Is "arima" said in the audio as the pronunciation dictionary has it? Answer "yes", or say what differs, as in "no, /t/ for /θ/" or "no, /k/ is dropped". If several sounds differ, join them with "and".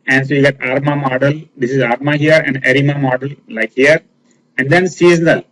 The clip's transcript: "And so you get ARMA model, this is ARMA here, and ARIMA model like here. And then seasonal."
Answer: yes